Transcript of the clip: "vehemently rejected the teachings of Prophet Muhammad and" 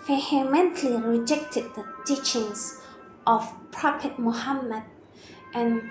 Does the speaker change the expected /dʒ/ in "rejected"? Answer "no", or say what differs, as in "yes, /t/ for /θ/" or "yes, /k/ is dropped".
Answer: no